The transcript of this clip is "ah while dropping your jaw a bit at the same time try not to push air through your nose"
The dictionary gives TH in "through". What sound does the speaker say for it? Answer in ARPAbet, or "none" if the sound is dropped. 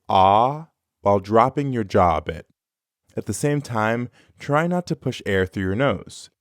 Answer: TH